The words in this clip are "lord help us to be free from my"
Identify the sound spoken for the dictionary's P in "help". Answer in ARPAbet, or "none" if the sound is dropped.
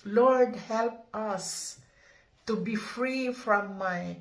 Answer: P